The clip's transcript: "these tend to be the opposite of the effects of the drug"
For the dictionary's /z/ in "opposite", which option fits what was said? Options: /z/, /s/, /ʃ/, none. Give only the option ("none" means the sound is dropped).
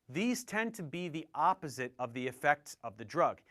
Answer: /z/